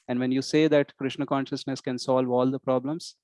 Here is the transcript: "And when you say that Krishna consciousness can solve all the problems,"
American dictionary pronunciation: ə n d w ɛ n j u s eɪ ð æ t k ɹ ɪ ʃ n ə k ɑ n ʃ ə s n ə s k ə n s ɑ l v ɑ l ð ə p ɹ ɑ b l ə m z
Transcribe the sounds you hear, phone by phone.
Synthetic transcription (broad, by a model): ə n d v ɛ n j u s eɪ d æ t k ɹ ɪ ʃ n ə k ɑ n ʃ ə s n ə s k ə n s ɑ l v ɑ l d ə p ɹ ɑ b l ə m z